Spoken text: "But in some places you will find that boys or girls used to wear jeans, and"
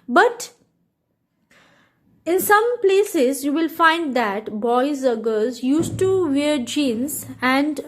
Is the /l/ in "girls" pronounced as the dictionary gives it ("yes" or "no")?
no